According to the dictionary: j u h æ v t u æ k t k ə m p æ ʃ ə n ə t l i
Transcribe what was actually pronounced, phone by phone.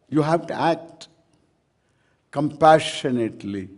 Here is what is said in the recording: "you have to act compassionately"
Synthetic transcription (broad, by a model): j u h æ v t u æ k t k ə m p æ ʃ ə n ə t l i